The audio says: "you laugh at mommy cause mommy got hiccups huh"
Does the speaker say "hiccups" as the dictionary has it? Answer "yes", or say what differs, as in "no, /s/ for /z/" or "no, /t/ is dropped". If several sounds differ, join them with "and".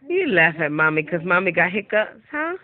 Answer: no, /p/ is dropped